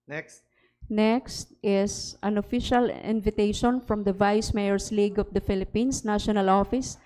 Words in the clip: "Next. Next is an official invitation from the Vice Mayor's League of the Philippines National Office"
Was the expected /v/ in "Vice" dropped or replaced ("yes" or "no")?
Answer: no